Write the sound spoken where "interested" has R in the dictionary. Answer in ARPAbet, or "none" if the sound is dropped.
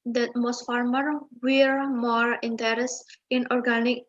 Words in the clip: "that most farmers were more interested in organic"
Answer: none